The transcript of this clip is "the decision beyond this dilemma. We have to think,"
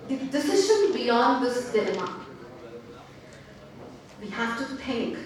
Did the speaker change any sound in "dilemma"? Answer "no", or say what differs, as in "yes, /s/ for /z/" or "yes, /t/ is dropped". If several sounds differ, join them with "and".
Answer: yes, /n/ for /l/